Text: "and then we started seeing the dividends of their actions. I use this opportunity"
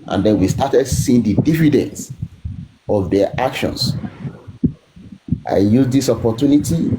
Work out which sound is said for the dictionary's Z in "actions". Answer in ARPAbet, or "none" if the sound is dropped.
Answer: S